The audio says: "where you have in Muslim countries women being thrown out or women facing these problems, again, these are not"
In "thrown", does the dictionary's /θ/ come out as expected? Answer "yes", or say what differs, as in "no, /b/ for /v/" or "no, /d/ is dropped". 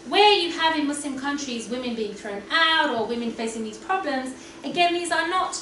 yes